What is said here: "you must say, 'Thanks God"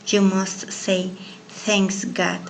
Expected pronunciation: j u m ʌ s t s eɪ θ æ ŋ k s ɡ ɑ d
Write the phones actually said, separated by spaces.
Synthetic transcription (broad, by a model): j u m ʌ s t s eɪ θ æ ŋ k s ɡ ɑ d